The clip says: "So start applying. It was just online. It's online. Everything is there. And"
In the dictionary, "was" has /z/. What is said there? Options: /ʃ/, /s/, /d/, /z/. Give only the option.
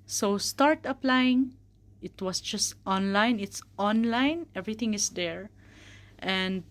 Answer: /s/